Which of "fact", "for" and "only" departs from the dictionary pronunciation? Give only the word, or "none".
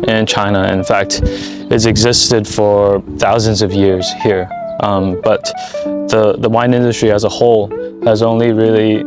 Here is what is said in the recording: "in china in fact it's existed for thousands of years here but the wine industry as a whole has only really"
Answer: none